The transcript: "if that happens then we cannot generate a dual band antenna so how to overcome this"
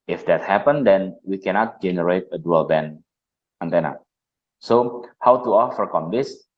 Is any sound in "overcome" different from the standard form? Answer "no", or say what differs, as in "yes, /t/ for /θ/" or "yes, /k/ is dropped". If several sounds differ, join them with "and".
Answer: yes, /f/ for /v/